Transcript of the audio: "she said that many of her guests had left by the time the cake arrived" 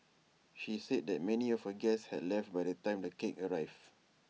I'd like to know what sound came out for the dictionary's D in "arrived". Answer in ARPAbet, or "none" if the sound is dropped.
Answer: none